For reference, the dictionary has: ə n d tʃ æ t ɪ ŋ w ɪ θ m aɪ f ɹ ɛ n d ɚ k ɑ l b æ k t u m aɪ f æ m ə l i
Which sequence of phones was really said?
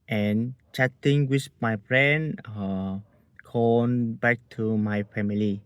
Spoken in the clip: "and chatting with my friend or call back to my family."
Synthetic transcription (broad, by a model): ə n tʃ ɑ t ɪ ŋ w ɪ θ m aɪ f ɹ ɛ n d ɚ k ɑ n b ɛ k t u m aɪ f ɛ m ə l i